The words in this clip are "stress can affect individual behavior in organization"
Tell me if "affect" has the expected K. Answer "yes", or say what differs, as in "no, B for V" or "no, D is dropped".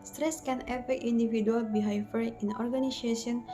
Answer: no, K is dropped